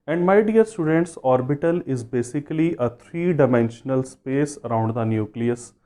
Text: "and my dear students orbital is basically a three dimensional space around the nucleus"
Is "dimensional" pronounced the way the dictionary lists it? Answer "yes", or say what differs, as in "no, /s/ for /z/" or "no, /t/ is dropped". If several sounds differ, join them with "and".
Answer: yes